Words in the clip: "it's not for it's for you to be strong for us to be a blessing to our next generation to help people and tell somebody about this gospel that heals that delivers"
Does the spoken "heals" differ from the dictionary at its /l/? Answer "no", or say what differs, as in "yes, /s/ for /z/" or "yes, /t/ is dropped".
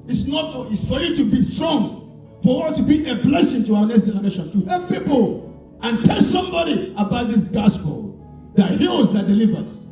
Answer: yes, /l/ is dropped